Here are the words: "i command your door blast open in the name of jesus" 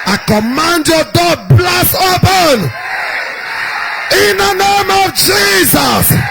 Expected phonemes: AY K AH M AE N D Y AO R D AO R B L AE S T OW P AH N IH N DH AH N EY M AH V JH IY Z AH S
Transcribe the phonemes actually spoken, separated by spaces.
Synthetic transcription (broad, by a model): AY K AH M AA N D Y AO D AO B L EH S OW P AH N IH N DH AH N EY M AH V JH IY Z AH S